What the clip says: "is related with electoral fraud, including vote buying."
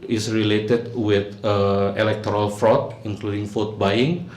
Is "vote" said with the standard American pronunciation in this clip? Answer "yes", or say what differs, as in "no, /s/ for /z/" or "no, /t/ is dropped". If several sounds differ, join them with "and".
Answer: no, /f/ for /v/